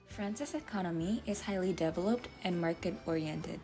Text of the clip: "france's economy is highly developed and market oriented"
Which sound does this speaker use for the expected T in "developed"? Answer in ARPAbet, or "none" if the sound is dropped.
T